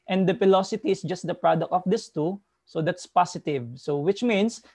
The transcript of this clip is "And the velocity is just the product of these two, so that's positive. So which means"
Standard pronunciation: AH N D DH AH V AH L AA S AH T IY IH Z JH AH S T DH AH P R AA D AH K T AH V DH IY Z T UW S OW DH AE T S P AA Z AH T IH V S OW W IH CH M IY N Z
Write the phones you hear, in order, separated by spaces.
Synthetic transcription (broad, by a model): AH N D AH F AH L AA S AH T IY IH S JH AH S T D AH P R AA D AH K T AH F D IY S T UW S OW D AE T S P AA S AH T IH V S OW W IH CH M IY N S